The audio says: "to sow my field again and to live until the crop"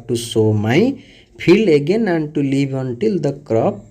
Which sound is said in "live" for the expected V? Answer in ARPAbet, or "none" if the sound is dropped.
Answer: B